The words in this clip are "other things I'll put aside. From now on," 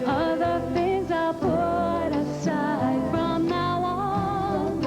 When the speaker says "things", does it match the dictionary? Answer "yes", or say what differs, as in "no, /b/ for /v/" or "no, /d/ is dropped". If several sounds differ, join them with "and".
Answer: yes